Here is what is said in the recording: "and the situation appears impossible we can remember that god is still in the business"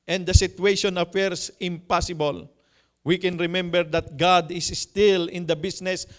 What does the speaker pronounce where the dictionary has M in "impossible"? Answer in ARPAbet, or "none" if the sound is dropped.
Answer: M